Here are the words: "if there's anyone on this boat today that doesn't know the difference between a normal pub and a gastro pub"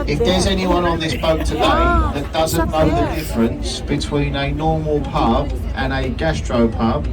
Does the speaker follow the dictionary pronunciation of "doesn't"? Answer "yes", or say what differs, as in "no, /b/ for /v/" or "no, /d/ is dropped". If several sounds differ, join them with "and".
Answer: yes